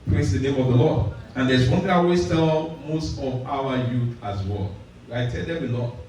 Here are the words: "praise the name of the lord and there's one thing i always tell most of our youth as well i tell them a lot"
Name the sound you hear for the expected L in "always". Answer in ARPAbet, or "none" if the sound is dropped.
W